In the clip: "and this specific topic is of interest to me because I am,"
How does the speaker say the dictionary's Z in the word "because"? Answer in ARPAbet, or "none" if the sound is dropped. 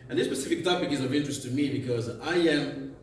Z